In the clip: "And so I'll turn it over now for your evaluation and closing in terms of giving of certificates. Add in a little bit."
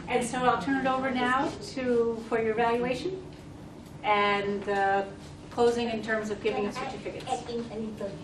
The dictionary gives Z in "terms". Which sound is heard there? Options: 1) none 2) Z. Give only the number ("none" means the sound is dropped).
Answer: 2